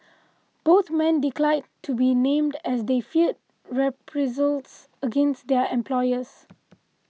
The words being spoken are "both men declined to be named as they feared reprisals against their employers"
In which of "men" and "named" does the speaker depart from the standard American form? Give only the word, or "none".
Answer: none